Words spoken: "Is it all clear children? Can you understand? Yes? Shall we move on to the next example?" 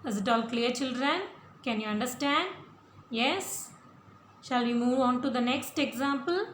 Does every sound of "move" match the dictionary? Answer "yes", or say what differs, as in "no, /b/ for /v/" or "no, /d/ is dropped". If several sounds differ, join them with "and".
yes